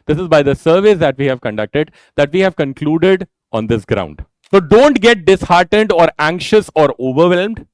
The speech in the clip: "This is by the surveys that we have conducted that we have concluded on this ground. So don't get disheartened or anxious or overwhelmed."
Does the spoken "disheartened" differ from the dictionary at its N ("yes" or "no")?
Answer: no